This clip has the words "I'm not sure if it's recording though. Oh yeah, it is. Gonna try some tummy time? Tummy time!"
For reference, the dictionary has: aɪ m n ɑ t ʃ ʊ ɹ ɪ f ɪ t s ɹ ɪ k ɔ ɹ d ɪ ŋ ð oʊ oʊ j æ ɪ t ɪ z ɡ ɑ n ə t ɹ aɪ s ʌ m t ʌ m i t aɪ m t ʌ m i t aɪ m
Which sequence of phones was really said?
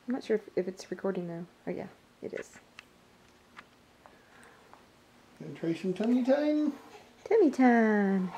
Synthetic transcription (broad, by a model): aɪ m n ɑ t ʃ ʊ ɹ ɪ f ɪ t s ɹ ɪ k ɔ ɹ d ɪ ŋ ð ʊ oʊ j æ ɪ t ɪ z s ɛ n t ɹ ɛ ʃ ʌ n t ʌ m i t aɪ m t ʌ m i t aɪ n